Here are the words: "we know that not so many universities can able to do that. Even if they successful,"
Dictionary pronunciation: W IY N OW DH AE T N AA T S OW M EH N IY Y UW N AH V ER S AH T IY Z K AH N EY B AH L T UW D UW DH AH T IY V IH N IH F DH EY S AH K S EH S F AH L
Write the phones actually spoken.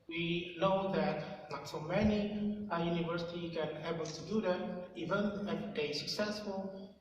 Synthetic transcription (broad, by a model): W IY N OW DH AE T L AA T S OW M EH N IY Y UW N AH V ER S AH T IY K AH N EY B AH L T UW D UW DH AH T IY V IH N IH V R EY S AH K S EH S F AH L